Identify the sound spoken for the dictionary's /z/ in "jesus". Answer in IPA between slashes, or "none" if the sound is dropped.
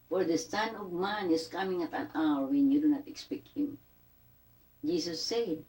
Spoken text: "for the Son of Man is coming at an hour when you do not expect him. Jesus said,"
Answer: /s/